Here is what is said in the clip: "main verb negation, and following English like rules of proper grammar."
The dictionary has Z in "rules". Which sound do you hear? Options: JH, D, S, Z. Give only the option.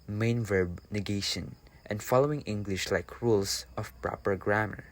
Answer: S